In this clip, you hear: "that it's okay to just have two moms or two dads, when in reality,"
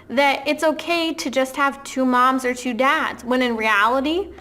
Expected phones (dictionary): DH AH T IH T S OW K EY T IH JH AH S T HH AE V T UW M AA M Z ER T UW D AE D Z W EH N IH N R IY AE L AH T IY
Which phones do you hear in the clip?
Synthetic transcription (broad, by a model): DH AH T IH T S OW K EY T IH JH AH S T HH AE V T UW M AA M Z ER T UW D AE D Z W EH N IH N R IY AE L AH T IY